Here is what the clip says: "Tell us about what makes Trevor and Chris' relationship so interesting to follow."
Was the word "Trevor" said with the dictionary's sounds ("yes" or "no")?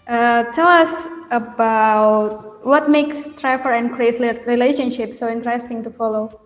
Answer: no